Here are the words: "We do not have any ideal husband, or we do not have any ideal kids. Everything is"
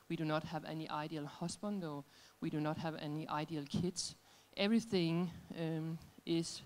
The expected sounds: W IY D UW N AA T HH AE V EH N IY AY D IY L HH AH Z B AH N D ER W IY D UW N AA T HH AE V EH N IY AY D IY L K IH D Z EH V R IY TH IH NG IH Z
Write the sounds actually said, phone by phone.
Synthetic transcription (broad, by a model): W IY D UW N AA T HH AE V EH N IY AY D IY L HH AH S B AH N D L W IY D UW N AA T HH AE V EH N IY AY D IY L K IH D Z EH V R IY TH IH NG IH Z